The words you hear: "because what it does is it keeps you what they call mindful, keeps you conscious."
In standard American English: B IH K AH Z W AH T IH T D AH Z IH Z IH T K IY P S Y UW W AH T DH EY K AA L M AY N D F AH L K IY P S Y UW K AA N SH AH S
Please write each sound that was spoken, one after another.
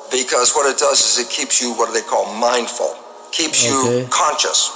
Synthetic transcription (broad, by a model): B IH K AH Z W AH T IH T D AH Z IH Z IH T K IY P S Y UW W AH T DH EY K AA L M AY N D F AH L K IY P S Y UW K AA N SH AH S